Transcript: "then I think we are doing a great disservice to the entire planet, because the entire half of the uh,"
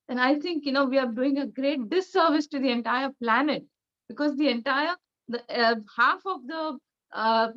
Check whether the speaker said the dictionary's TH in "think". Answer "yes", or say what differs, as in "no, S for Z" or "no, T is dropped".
no, T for TH